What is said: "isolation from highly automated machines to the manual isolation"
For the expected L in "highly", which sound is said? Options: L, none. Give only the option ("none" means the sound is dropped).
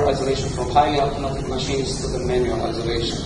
none